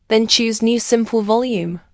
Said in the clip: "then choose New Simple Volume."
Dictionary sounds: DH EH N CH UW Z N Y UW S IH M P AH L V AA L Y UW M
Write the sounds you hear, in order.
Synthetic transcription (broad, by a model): DH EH N CH UW Z N Y UW S IH M P AH L V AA L Y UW M